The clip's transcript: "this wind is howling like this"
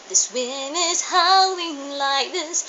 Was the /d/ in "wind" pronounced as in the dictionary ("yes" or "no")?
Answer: no